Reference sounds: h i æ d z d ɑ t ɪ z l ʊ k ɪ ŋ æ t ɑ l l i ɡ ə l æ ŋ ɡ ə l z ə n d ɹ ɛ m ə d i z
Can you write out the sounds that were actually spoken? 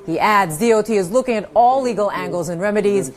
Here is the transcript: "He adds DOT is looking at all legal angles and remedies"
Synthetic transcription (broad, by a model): h i æ d z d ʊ t ɪ z l ʊ k ɪ ŋ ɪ t ɑ l l i ɡ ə l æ ŋ ɡ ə l z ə n ɹ ɛ m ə d i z